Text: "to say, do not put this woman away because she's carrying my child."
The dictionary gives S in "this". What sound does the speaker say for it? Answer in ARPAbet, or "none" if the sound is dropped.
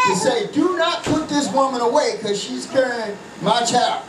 S